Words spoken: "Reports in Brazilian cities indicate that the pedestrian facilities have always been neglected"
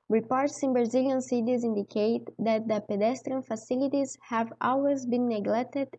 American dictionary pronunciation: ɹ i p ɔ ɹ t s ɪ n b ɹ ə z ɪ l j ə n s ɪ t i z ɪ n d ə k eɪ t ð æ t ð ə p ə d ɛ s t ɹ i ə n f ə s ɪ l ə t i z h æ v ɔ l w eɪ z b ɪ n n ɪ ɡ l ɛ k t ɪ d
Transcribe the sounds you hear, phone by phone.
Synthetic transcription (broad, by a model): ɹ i p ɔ ɹ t s ɪ n b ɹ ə z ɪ l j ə n s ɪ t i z ɪ n d ə k eɪ t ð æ t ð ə p ə d ɛ s t ɹ i ə n f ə s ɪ l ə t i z h æ v ɔ l w eɪ z b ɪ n n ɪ ɡ l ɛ k t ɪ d